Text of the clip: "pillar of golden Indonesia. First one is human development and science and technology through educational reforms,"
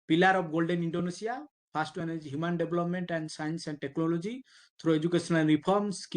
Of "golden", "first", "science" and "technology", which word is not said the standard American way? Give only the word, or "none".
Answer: first